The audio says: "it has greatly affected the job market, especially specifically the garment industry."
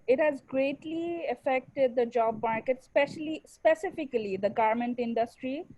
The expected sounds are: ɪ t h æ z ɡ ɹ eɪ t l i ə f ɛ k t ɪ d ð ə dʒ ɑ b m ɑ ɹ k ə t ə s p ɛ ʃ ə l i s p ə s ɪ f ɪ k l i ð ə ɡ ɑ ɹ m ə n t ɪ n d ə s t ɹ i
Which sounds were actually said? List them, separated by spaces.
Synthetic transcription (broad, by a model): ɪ t h æ z ɡ ɹ eɪ t l i ə f ɛ k t ɪ d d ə dʒ ɑ b m ɑ ɹ k ə t s p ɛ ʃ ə l i s p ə s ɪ f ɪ k l i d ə ɡ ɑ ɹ m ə n t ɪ n d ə s t ɹ i